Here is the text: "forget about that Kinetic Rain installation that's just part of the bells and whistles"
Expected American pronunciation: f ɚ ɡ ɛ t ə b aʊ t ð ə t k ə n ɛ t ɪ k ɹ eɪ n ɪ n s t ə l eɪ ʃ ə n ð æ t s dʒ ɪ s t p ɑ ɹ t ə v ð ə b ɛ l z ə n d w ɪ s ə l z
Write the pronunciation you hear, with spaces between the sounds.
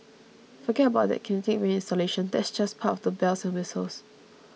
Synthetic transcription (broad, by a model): f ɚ ɡ ɛ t ə b aʊ t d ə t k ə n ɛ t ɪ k ɹ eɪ ɪ n s t ə l eɪ ʃ ə n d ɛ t s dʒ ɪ s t p ɑ t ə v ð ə b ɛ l s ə n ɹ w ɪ s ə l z